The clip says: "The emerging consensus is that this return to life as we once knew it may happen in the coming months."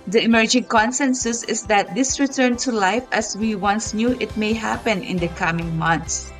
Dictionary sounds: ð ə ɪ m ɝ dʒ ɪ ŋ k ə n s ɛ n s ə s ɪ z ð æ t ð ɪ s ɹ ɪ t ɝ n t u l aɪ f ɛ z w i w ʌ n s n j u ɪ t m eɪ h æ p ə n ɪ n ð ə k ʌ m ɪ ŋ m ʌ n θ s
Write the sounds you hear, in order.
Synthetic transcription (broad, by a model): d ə ɪ m ɝ dʒ ɪ ŋ k ə n s ɛ n s ə s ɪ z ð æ t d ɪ s ɹ ɪ t ɝ n t u l aɪ f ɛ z w i w ʌ n s n j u ɪ t m eɪ h æ p ə n ɪ n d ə k ʌ m ɪ ŋ m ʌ n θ s